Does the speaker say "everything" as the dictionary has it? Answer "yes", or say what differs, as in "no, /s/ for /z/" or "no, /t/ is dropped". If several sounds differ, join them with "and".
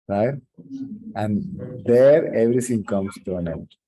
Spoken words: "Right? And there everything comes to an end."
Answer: no, /t/ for /θ/